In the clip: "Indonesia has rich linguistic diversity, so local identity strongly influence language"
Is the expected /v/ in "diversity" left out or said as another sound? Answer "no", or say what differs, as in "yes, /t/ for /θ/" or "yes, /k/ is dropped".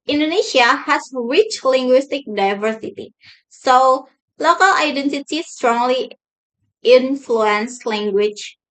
no